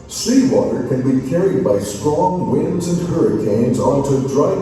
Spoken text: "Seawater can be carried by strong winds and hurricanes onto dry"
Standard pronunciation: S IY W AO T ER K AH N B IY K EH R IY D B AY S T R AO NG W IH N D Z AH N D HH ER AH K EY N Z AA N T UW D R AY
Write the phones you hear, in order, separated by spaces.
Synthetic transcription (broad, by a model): S IY W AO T ER K AH N B IY K EH R IY D B AY S T R AO NG W IH N D Z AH N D HH ER AH K EY N Z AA N T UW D R AY